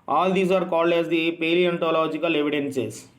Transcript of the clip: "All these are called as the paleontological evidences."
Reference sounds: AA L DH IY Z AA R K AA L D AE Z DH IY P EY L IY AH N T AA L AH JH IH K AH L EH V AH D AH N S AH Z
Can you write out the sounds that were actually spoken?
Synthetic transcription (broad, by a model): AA L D IY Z AA R K AA L D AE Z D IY P EY L IY AH N T AA L AH JH IH K AH L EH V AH D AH N S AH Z